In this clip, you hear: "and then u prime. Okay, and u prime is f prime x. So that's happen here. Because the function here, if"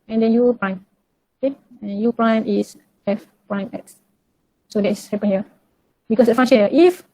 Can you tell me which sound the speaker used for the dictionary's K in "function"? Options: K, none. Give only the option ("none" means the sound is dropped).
none